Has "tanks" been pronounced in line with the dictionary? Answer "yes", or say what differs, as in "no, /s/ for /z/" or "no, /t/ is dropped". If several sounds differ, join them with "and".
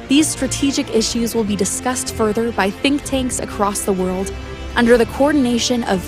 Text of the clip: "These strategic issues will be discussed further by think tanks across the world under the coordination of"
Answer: yes